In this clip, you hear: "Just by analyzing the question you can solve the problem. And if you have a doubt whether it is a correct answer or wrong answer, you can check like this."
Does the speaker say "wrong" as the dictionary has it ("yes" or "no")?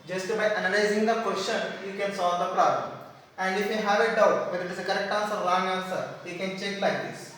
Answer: no